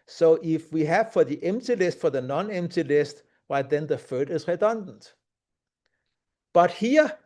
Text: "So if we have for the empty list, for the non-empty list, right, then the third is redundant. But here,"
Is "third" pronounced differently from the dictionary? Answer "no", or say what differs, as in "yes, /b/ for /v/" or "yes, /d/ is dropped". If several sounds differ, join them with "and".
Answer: yes, /f/ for /θ/